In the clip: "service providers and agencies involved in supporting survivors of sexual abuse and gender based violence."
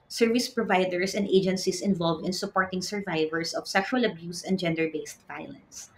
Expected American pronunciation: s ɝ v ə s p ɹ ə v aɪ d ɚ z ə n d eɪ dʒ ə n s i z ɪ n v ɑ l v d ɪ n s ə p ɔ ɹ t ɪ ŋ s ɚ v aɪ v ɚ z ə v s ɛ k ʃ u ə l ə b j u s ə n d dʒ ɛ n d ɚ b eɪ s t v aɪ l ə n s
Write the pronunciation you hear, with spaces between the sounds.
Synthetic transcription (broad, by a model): s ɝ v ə s p ɹ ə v aɪ d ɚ s ə n d eɪ dʒ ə n s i s ɪ n v ɑ l v d ɪ n s ə p ɔ ɹ t ɪ ŋ s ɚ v aɪ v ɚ s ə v s ɛ k ʃ u ə l ə b j u s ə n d dʒ ɛ n d ɚ b eɪ s t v aɪ l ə n s